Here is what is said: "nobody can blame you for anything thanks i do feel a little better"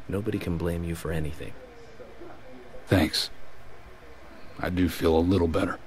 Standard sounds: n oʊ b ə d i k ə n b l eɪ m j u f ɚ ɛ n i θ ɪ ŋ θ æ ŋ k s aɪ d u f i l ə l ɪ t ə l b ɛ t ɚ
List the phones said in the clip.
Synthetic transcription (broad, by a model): n oʊ b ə d i k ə n b l eɪ m j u f ɚ ɛ n i θ ɪ ŋ θ æ ŋ k s aɪ d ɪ f i l ə l ɪ t l b ɛ t ɚ